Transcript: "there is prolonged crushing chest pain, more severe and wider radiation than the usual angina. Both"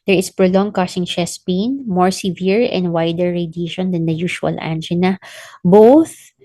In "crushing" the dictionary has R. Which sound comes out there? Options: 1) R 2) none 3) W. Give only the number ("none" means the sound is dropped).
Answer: 2